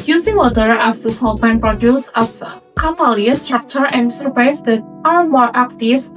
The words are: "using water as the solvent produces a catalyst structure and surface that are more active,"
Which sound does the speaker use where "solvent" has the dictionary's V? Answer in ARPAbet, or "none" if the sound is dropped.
P